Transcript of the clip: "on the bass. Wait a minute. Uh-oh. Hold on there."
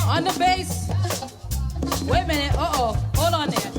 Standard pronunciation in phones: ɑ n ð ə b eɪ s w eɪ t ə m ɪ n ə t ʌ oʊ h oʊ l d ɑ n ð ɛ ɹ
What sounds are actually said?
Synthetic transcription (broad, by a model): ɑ n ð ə b eɪ s w eɪ t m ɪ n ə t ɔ oʊ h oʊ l ɑ n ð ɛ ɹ